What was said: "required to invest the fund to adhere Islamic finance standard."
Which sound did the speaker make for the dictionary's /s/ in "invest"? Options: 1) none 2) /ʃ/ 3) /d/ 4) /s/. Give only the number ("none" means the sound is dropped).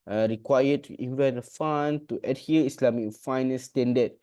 1